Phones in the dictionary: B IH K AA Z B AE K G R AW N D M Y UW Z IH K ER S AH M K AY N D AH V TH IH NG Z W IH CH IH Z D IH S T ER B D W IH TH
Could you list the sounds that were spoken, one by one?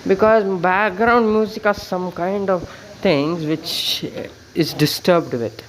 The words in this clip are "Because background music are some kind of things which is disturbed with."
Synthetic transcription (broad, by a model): B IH K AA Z B AE K G R AW N D M Y UW Z IH K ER S AH M K AY N D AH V T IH NG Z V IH CH IH Z D IH S T ER B D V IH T